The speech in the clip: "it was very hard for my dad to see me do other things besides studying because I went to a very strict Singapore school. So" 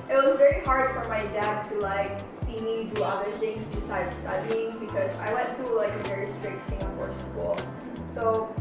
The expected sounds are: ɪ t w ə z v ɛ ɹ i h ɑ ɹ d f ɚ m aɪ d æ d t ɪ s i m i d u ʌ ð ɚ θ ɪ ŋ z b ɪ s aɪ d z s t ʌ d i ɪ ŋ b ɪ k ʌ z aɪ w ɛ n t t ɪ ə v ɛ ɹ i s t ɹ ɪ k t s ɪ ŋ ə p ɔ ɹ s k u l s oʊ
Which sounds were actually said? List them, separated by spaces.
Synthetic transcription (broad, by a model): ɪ t w ə z v ɛ ɹ i h ɑ ɹ d f ɚ m aɪ d æ d t ɪ s i m i d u ʌ ð ɚ θ ɪ ŋ z b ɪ s aɪ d s t ʌ d i ɪ ŋ b ɪ k ʌ z aɪ w ɛ n t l ɪ ə v ɛ ɹ i s t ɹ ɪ t s ɪ ŋ ə p ɔ ɹ s k u l s oʊ